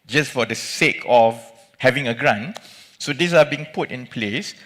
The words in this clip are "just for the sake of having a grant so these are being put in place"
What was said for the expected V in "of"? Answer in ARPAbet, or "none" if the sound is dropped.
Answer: F